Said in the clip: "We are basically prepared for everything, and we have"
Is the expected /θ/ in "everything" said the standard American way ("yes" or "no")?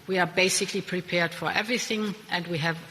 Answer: yes